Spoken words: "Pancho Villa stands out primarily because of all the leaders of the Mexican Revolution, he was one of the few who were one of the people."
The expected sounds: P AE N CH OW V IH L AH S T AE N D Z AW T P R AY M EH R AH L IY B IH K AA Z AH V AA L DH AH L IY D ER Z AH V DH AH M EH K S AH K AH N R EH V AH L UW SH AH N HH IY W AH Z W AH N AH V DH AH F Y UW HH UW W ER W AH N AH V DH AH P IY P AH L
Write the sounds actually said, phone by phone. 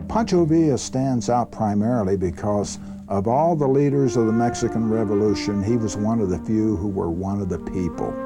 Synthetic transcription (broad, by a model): P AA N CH OW V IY AH S T AE N D Z AW T P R AY M EH R L IY B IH K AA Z AH V AA L DH AH L IY D ER Z AH V DH AH M EH K S AH K AH N R EH V AH L UW SH AH N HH IY W AH Z W AH N AH V DH AH F Y UW HH UW W ER W AH N AH V DH AH P IY P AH L